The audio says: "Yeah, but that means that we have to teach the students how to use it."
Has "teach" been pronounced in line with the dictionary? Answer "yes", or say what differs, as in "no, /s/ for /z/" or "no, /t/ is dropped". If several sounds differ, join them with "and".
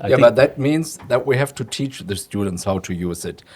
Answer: yes